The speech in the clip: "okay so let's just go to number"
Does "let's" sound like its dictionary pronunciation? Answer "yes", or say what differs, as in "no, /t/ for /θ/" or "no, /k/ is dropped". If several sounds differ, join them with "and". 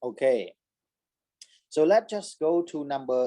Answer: no, /s/ is dropped